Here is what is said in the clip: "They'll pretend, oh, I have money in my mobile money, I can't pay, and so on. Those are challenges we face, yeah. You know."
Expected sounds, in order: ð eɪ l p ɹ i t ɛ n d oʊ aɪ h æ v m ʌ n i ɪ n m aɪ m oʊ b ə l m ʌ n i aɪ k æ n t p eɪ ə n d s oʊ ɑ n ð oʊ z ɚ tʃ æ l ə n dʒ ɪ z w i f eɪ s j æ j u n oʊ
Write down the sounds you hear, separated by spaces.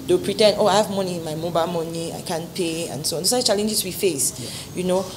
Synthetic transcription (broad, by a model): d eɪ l p ɹ i t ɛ n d oʊ aɪ h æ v m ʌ n i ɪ n m aɪ m oʊ b ə l m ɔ n i aɪ k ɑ n p eɪ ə n s oʊ ɑ n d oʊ s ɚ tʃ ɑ l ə n dʒ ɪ s w i f eɪ s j j u n oʊ